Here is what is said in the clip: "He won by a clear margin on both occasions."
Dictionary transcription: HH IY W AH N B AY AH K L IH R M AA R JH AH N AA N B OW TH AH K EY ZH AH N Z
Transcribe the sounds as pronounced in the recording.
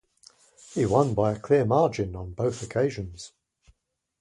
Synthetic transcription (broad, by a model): HH IY W AH N B AY AH K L IH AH M AA JH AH N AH N B OW TH AH K EY ZH AH N Z